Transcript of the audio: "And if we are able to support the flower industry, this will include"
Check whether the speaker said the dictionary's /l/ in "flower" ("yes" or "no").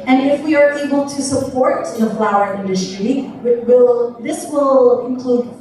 yes